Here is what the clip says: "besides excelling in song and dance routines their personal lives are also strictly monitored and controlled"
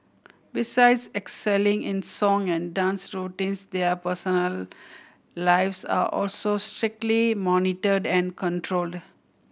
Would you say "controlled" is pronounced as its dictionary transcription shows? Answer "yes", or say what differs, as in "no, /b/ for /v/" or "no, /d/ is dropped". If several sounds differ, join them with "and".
yes